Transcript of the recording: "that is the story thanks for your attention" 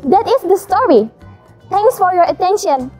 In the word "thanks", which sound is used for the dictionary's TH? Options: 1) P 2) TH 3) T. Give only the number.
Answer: 3